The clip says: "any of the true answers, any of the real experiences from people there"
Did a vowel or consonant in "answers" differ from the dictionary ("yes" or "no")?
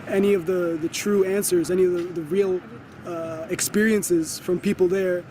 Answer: no